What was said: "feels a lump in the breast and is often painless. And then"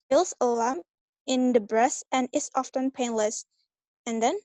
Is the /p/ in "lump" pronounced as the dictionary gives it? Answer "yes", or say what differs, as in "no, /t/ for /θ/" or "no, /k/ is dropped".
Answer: no, /p/ is dropped